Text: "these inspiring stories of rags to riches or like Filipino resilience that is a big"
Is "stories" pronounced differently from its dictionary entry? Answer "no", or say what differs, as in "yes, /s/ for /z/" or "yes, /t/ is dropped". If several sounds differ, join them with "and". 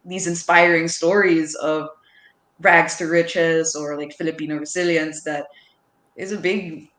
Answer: no